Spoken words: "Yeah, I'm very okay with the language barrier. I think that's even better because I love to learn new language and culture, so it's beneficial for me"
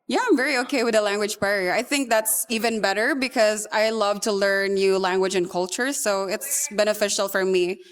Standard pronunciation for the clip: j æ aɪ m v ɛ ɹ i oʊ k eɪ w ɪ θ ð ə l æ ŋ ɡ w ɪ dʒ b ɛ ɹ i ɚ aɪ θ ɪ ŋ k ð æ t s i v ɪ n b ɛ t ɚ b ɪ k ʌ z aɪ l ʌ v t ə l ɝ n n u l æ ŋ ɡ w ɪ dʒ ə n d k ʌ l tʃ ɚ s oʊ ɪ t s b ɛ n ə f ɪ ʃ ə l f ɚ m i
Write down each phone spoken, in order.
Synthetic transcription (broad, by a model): j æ aɪ m v ɛ ɹ i oʊ k eɪ w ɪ ð ə l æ ŋ ɡ w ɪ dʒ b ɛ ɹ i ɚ aɪ θ ɪ ŋ k ð æ t s i v ɪ n b ɛ t ɚ b ɪ k ʌ z aɪ l ʌ v t ə l ɝ n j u l æ ŋ ɡ w ɪ dʒ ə n k ʌ l tʃ ɚ s oʊ ɪ t s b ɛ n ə f ɪ ʃ l f ɚ m i